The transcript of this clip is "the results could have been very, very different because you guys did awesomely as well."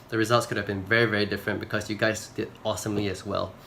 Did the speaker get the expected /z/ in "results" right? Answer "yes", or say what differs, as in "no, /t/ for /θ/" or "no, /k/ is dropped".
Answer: yes